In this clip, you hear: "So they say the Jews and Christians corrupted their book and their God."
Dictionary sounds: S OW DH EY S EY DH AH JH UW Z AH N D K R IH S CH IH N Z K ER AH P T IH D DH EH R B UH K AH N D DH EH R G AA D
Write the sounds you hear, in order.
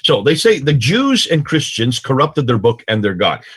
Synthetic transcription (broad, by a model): S OW DH EY S EY DH AH JH UW Z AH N K R IH S CH IH N Z K ER AH P T IH D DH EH R B UH K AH N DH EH R G AA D